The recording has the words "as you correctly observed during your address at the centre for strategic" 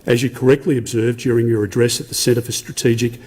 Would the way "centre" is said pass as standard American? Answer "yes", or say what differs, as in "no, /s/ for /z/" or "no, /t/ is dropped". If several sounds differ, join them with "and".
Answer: no, /n/ is dropped